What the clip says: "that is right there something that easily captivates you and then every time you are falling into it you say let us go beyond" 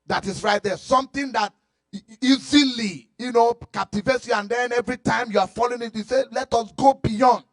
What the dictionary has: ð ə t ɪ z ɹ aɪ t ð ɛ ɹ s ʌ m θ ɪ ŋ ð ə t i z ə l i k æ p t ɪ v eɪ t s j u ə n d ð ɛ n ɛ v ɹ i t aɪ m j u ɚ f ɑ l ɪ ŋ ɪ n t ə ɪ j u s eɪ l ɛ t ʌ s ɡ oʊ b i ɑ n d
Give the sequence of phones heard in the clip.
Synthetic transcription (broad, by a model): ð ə t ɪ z ɹ aɪ t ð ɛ s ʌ m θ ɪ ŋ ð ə t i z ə l i k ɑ p t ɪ v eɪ t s j u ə n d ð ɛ n ɛ v ɹ i t aɪ m j u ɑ f ɑ l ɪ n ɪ t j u s eɪ l ɛ t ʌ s ɡ oʊ b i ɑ n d